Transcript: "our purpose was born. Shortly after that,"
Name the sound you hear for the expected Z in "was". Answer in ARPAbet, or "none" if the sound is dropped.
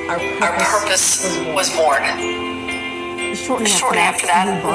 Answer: Z